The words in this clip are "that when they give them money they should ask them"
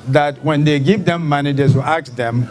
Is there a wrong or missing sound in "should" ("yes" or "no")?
yes